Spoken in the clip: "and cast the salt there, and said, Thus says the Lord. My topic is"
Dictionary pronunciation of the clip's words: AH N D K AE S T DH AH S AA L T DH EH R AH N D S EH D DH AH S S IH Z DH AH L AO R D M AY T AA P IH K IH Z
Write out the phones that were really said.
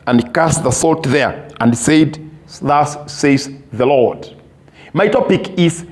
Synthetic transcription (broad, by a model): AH N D K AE S T DH AH S AA L T DH EH R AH N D S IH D DH AH S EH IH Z DH AH L AO R D M AY T AA P IH K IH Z